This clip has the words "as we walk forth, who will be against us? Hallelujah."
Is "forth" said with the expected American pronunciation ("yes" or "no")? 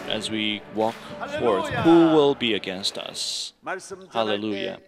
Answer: yes